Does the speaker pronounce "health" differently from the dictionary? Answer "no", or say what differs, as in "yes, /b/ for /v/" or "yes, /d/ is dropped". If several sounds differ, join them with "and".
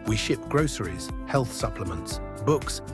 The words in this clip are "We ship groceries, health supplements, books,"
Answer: no